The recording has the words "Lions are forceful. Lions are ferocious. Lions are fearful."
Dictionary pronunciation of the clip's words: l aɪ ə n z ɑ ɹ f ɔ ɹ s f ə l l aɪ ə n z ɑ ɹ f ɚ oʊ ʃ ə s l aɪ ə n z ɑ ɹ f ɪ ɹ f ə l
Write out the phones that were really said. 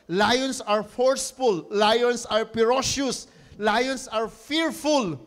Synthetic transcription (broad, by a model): l aɪ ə n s ɑ ɹ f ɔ ɹ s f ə l l aɪ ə n s ɑ ɹ p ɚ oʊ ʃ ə s l aɪ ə n s ɑ ɹ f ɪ ɹ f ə l